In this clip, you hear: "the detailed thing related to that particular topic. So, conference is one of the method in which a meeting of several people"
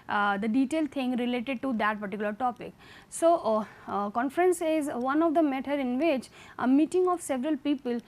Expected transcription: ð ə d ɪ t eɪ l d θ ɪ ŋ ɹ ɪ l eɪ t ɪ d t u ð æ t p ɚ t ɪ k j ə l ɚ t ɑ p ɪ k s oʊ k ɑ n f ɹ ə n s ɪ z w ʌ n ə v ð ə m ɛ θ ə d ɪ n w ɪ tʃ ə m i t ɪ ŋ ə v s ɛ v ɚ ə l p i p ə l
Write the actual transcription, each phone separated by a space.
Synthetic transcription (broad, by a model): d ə d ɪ t eɪ l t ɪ ŋ ɹ ɪ l eɪ t ɪ d t u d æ t p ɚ t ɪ k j l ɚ t ɑ p ɪ k s oʊ k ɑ n f ɹ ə n s ɪ z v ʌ n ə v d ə m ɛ t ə d ɪ n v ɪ tʃ ə m i t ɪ ŋ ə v s ɛ v ɚ ə l p i p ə l